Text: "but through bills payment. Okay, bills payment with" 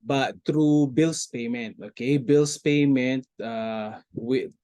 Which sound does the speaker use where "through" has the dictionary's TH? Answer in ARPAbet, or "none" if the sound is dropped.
T